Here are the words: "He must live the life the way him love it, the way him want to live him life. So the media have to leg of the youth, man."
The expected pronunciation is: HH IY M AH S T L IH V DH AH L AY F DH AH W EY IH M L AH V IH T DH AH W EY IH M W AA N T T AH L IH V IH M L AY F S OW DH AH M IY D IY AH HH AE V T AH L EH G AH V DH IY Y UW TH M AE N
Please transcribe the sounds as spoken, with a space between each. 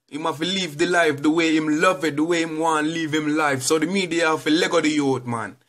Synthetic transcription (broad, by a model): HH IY M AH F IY L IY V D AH L AY F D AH W EY IH M L AH V IH T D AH W EY IH M W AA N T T L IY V IH M L AY F S OW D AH M IY D IY AH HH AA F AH L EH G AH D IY Y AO T M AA N